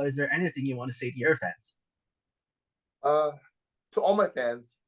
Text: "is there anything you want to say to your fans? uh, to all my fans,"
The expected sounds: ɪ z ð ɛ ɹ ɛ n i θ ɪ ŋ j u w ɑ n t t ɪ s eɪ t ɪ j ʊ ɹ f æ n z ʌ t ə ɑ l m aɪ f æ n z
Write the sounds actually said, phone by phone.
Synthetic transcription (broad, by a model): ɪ z ð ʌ ɹ ɛ n i θ ɪ ŋ j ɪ w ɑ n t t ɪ s eɪ t ɪ j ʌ ɹ f æ n z ʌ t ə ɑ l m aɪ f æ n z